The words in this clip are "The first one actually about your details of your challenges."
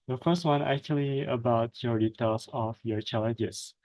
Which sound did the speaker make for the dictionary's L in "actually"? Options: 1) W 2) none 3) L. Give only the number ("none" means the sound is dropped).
3